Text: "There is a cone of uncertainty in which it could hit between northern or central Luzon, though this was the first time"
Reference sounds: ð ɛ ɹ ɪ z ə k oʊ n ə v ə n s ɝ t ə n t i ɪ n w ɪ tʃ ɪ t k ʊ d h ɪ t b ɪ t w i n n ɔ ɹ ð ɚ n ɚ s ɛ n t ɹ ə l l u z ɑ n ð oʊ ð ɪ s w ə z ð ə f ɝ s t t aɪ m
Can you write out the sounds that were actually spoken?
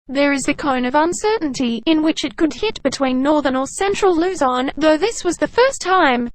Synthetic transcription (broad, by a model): ð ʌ ɹ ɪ z ə k oʊ n ə v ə n s ɝ t n t i ɪ n w ɪ tʃ ɪ t k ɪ d h ɪ t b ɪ t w i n n ɔ ɹ ð ɚ n ɚ s ɛ n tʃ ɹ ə l l u z ɑ n ð oʊ ð ɪ s w ə z ð ə f ɝ s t t aɪ m